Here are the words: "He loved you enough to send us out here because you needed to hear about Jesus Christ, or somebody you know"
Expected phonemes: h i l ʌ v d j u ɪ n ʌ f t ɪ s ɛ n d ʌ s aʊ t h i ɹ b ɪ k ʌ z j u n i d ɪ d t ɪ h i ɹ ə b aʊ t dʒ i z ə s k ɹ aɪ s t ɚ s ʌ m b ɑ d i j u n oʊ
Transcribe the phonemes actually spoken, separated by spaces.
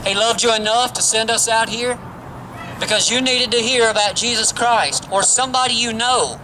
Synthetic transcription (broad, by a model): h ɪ l ʌ v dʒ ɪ ɪ n ʌ f t ɪ s ɛ n d ʌ s aʊ t h i ɹ b ɪ k ʌ z j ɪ n i d ɪ d t ɪ h i ɹ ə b aʊ t dʒ i z ə s k ɹ aɪ s t ɚ s ʌ m b ɑ d i j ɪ n oʊ